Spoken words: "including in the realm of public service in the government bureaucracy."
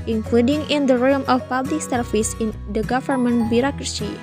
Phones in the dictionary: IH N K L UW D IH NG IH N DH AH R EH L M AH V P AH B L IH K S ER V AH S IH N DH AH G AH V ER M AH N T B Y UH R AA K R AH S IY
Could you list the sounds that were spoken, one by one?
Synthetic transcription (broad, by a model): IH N K L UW D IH NG IH N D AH R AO M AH F P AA B L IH K S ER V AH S IH N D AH G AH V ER M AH N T B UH R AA K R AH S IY